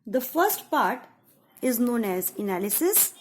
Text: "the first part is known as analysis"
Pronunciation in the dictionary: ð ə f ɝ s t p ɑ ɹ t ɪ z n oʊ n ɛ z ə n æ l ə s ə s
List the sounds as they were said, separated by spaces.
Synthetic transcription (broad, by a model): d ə f ɝ s t p ɑ ɹ t ɪ z n oʊ n ɛ z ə n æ l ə s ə s